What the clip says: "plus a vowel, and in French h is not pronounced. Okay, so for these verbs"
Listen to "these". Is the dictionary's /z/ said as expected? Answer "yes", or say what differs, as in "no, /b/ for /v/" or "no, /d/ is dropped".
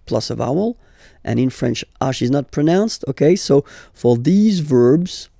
yes